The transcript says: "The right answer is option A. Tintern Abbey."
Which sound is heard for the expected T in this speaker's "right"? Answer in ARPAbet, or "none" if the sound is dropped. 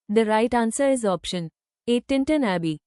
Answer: T